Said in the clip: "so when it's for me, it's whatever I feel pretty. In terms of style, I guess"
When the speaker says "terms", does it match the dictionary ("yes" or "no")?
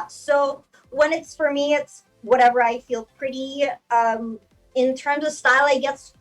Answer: yes